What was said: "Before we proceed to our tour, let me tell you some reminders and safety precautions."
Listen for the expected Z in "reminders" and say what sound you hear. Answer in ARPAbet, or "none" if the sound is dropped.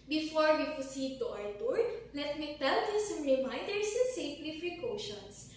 none